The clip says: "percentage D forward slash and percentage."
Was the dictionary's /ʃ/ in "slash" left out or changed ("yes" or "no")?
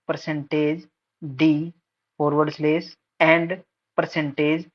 yes